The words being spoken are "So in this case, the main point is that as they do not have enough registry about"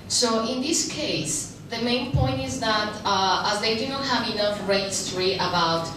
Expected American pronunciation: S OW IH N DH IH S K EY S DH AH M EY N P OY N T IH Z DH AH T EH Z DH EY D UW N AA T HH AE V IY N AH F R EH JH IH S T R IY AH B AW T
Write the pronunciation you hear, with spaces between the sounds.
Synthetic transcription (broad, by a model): S OW IH N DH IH S K EY S DH AH M EY N P OY N T IH Z DH AH T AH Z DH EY D UW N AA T HH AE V IY N AH F R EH IH S T R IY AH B AW T